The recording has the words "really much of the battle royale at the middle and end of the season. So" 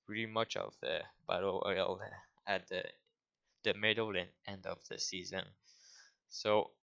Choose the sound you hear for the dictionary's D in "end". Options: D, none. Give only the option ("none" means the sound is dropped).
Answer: D